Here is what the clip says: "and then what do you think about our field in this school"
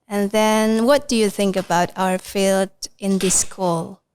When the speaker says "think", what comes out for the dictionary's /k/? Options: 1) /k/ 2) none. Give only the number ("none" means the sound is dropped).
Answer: 1